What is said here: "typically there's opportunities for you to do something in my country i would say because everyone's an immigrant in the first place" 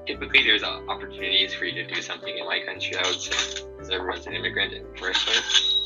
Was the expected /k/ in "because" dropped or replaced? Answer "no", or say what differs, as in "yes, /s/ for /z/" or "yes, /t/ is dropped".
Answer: yes, /k/ is dropped